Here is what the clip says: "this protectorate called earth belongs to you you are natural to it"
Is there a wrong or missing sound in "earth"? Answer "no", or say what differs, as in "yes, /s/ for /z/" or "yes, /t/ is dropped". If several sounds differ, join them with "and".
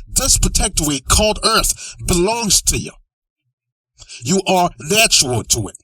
no